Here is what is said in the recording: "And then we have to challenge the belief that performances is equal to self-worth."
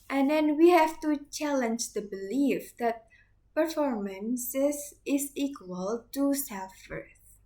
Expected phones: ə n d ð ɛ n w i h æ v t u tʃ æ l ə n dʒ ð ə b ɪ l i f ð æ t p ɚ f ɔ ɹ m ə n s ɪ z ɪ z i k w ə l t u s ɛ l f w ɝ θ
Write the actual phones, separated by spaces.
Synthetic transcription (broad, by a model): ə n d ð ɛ n w i h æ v t u tʃ æ l ə n dʒ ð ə b ɪ l i f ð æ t p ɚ f ɔ ɹ m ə n s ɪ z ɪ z i k w ə l t u s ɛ f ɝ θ